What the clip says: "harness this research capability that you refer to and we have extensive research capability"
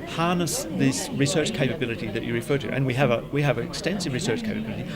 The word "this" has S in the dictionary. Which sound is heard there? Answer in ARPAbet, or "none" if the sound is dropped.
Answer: S